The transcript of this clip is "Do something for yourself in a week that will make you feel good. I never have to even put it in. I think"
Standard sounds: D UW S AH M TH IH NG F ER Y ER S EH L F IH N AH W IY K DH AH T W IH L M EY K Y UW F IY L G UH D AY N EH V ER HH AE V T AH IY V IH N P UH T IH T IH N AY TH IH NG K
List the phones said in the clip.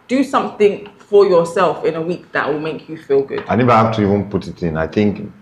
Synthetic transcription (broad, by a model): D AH S AH M TH IH NG F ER Y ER S EH L F IH N AH W IY K DH AH T W IH L M EY K Y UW F IY L G UH D AY N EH V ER HH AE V T AH IY V IH N P UH T IH T IH N AY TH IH NG K